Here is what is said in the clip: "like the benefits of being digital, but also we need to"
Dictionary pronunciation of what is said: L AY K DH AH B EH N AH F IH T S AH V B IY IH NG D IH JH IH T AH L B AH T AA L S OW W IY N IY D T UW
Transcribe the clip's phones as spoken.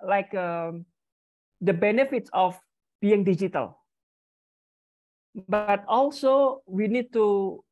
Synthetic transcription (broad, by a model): L AY K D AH B EH N AH F IH T S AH F B IY IH NG D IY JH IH T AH L B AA T AA L S OW W IY N IY D T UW